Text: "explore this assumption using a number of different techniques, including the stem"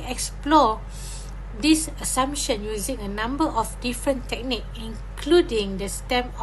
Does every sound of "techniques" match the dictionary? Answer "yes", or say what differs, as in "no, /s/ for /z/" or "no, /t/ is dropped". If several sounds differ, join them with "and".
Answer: no, /s/ is dropped